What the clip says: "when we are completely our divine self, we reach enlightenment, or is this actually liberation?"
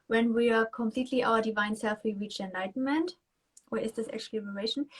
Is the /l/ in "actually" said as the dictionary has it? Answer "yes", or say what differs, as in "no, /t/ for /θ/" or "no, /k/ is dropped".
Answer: no, /l/ is dropped